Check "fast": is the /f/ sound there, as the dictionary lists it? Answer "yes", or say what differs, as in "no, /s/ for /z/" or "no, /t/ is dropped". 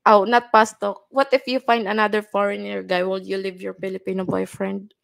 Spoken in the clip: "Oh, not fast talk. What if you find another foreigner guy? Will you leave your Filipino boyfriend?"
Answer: no, /p/ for /f/